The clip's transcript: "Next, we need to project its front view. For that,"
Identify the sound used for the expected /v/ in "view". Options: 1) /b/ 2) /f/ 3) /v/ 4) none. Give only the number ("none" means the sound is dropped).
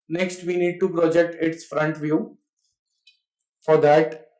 3